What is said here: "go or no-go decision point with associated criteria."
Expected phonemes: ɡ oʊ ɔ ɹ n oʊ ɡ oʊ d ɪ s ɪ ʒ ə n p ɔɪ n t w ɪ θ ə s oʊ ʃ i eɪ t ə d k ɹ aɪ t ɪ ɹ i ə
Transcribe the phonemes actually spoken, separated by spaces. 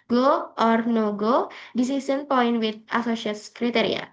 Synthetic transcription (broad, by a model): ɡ oʊ ɔ ɹ n oʊ ɡ oʊ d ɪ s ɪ s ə n p ɔɪ n t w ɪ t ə s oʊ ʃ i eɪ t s k ɹ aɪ t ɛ ɹ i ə